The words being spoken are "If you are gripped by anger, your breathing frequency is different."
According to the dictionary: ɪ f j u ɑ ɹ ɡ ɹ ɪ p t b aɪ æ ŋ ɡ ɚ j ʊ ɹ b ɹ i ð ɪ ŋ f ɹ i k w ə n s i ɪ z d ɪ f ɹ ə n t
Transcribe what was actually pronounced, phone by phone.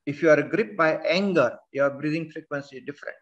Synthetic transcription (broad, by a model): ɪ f j u ɑ ɹ ɡ ɹ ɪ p b aɪ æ ŋ ɡ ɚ j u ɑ b ɹ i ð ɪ ŋ f ɹ i k w ə n s i d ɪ f ɹ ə n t